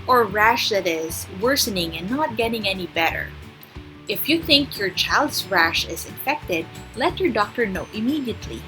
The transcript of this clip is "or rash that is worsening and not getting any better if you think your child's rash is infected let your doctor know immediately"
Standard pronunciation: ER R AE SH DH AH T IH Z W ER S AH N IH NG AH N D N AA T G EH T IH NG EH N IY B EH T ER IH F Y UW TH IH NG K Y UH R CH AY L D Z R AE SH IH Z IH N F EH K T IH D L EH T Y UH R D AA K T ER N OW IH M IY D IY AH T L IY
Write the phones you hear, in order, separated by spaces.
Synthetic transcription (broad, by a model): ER R AE SH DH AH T IH Z W ER S AH N IH NG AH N N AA T G EH T IH NG EH N IY B EH T ER IH F Y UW TH IH NG K Y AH R CH AY L D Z R AE SH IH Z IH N F EH K T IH D L EH T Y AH R D AA K T ER N OW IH M IY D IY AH T L IY